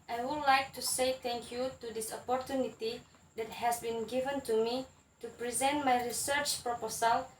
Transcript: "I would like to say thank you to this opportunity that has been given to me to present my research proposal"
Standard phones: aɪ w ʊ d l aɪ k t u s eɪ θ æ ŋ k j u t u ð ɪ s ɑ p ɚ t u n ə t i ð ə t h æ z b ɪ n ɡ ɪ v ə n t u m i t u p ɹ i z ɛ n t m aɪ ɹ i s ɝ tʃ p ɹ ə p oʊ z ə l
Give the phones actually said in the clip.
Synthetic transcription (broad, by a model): aɪ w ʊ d l aɪ k t u s eɪ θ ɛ ŋ k j u t u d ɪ s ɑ p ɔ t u n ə t i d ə t h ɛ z b ɪ n ɡ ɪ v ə n t u m i t u p ɹ i z ɛ n t m aɪ ɹ i s ɝ tʃ p ɹ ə p oʊ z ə l